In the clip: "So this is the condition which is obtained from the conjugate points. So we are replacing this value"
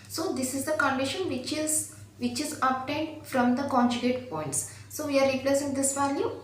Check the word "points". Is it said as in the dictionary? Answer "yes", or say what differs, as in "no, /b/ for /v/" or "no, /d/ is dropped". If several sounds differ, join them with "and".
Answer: yes